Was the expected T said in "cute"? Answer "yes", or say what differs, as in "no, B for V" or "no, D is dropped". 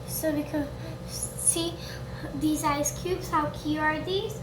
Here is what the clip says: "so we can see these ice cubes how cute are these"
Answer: no, T is dropped